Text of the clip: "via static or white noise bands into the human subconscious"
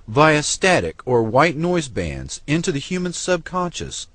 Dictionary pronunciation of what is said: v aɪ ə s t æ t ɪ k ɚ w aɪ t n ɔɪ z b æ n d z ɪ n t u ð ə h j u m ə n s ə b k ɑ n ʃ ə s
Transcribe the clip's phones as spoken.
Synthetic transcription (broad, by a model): v aɪ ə s t æ t ɪ k ɚ w aɪ t n ɔɪ z b æ n d z ɪ n t u ð ə h j u m ə n s ə b k ɑ n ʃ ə s